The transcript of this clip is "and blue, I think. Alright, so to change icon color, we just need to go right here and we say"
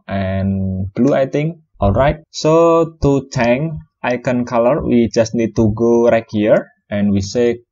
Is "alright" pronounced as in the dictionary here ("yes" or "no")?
yes